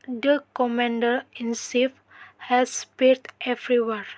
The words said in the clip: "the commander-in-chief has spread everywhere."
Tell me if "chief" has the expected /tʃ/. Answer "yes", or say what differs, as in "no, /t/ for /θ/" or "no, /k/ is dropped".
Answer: no, /s/ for /tʃ/